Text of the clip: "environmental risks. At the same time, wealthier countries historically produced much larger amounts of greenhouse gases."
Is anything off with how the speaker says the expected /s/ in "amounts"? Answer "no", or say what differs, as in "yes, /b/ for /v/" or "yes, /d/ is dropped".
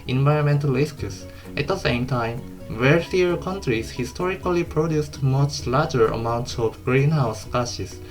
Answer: no